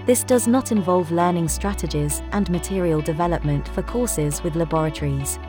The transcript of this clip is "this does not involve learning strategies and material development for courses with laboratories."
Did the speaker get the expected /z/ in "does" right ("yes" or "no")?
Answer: yes